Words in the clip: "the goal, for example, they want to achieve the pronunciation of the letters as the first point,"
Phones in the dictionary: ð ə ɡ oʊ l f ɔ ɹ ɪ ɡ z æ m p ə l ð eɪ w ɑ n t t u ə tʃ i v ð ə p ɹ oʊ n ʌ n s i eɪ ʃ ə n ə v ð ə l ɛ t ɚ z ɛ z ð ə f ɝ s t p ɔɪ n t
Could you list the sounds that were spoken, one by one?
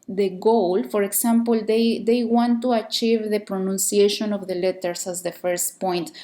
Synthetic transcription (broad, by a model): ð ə ɡ oʊ l f ɔ ɹ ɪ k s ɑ m p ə l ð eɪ w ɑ n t t u ə tʃ i v ð ə p ɹ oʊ n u n s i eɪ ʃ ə n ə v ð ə l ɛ t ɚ s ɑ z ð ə f ɝ s t p ɔɪ n t